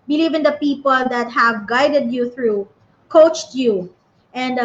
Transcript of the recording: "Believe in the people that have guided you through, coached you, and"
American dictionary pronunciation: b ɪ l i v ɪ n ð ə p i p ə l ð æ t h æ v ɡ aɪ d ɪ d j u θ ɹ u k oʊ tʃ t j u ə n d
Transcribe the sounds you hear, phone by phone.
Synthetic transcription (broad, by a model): b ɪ l i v ɪ n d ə p i p ə l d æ t h æ v ɡ aɪ d ɪ d j u θ ɹ u k oʊ tʃ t j u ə n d